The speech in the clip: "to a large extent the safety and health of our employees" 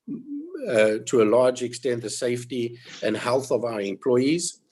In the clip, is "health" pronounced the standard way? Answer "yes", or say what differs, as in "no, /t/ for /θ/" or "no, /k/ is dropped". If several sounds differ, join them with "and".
yes